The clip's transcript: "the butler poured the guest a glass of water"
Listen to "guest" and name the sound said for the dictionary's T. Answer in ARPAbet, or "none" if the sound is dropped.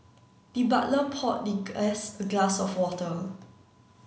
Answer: none